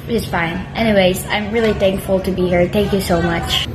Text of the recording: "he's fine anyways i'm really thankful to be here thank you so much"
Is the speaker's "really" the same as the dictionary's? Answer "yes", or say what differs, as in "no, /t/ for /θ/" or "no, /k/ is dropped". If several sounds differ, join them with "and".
yes